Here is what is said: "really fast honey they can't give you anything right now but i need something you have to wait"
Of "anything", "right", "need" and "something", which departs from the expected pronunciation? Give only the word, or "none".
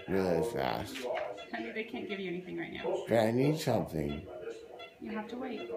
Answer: none